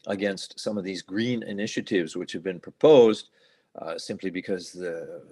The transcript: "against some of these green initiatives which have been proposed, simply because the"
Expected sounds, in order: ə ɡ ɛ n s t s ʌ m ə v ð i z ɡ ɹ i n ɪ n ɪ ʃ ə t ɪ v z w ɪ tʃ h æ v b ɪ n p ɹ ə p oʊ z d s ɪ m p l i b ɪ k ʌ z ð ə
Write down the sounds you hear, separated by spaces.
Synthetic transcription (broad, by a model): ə ɡ ɛ n s t s ʌ m ə v ð i z ɡ ɹ i n ɪ n ɪ ʃ ə t ɪ v z w ɪ tʃ h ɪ v b ɪ n p ɹ ə p oʊ z d s ɪ m p l i b ɪ k ʌ z ð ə